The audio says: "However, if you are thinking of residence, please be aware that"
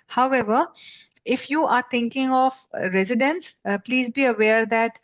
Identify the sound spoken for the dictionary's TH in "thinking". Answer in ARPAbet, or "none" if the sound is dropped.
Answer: T